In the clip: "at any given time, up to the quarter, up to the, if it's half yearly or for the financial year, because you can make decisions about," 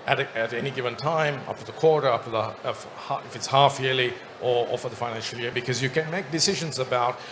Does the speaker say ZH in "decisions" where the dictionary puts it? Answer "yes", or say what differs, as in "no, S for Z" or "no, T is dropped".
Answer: yes